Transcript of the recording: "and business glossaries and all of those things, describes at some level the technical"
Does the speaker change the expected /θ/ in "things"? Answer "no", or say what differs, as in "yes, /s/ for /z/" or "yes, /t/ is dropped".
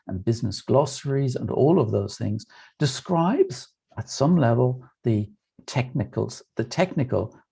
no